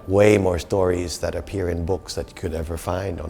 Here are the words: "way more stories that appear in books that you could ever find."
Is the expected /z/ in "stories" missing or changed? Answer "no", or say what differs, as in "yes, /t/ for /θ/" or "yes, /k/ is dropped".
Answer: no